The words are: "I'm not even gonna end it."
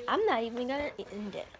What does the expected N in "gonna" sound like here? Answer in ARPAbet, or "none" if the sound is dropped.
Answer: L